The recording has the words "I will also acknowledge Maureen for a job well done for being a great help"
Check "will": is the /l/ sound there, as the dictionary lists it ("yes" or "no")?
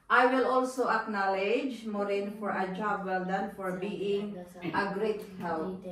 yes